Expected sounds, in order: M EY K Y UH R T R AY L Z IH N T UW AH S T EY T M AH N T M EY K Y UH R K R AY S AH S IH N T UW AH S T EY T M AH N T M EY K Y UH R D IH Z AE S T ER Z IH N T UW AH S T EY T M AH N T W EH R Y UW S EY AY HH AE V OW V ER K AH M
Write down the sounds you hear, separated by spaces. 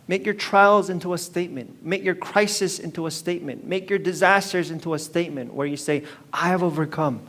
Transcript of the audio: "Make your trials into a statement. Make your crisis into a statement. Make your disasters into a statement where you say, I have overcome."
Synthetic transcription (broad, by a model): M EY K Y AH R T R AY L Z IH N T UW AH S T EY T M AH N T M EY K Y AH R K R AY S AH S IH N T UW AH S T EY T M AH N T M EY K Y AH R D IH Z AE S T ER Z IH N T UW AH S T EY T M AH N T W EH R Y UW S EY AY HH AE V OW V ER K AH M